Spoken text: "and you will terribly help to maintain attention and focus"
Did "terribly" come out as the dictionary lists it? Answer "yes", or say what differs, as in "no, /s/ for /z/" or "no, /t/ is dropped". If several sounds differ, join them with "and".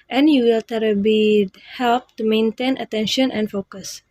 no, /l/ is dropped